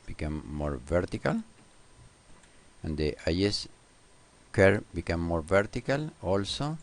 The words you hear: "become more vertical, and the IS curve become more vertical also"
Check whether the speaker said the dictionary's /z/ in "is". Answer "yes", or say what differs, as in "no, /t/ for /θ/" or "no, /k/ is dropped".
no, /s/ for /z/